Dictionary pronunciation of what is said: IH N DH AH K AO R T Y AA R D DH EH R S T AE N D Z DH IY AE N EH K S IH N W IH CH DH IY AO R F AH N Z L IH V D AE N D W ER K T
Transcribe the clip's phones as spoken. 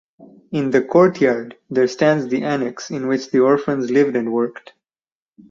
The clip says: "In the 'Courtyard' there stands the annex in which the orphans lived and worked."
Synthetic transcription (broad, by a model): IH N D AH K AO R T Y AA R D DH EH R S T AE N D Z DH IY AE N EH K S IH N W IH CH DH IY AO R F AH N Z L IH V D AE N D W ER K T